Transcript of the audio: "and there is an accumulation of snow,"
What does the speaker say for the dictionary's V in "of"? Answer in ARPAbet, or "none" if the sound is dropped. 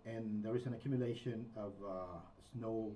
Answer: V